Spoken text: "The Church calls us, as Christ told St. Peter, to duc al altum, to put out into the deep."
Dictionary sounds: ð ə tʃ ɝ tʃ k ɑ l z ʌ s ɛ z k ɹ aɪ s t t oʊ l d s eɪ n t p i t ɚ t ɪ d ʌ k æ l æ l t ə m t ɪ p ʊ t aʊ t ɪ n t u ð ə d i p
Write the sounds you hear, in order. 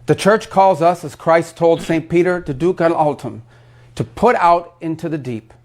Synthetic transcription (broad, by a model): ð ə tʃ ɝ tʃ k ɑ l z ʌ s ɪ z k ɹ aɪ s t t oʊ l d s eɪ n p i t ɚ t ɪ d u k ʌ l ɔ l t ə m t ɪ p ʊ t aʊ t ɪ n t u ð ə d i p